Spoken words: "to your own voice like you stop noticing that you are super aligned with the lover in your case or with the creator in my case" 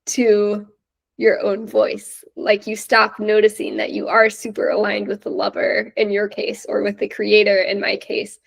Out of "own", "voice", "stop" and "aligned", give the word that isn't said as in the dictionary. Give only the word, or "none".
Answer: none